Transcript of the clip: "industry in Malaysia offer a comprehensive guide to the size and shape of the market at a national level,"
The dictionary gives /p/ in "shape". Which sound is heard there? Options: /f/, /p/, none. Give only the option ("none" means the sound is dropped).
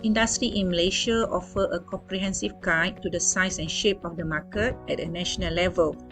/p/